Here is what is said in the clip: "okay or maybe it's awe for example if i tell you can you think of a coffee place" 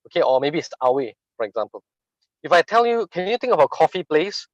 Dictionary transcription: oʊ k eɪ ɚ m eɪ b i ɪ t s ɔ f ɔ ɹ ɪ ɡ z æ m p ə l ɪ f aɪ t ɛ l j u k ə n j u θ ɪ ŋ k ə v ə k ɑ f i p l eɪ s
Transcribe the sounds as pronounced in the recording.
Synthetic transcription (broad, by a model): oʊ k eɪ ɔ m eɪ b i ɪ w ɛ f ɔ ɹ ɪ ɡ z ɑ m p ə l ɪ f aɪ t ɛ l j u k ə n j u t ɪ ŋ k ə b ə k ɑ f i p l eɪ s